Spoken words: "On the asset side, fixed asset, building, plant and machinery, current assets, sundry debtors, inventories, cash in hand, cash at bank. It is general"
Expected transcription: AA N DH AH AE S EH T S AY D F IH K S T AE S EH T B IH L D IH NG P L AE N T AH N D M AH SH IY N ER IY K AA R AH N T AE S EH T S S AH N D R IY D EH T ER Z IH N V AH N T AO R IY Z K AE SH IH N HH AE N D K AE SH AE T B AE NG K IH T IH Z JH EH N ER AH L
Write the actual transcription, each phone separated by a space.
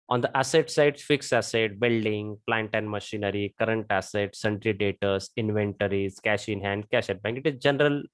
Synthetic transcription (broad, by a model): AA N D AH AE S EH T S AY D F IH K S AE S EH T B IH L D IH NG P L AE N T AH N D M AH SH IY N ER IY K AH R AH N T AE S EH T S S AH N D R IY D EH T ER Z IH N V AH N T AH R IY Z K AE SH IH N HH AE N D K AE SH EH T B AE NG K IH T IH Z JH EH N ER AH L